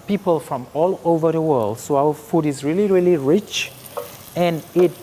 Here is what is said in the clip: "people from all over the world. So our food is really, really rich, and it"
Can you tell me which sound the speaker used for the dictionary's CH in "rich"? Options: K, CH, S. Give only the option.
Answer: CH